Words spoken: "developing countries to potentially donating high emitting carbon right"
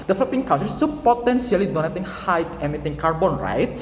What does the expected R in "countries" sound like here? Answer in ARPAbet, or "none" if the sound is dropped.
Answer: none